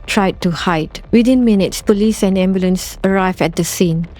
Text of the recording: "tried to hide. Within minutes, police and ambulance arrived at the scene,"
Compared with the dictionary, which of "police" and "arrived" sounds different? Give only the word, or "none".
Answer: arrived